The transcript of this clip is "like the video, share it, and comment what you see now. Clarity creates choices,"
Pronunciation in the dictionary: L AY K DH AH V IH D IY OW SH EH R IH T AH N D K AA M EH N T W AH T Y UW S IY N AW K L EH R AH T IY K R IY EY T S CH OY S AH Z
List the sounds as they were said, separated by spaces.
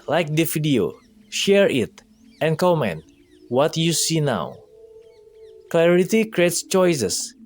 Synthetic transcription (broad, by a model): L AY K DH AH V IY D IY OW SH EH R IH T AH N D K AA M EH N T W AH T Y UW S IY N AW K L EH R AH T IY K R IY EY T S CH OY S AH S